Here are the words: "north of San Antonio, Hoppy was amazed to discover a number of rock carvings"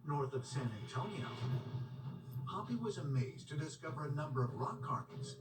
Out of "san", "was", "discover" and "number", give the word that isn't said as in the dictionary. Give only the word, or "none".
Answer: none